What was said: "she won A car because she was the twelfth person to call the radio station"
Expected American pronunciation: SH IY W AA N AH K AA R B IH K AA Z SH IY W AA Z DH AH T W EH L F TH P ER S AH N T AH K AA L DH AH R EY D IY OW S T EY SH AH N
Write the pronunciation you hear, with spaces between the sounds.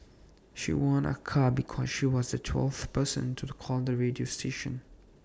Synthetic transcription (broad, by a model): SH IY W AA N AH K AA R B IH K AA Z SH IY W AA Z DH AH T W EH L F TH P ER S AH N T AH K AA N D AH R EY D IY OW S T EY SH AH N